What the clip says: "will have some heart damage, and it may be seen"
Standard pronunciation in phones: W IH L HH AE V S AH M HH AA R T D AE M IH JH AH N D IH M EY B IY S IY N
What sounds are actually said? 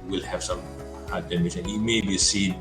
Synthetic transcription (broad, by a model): W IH L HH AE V S AH M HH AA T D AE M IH SH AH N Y IH M EY B IY S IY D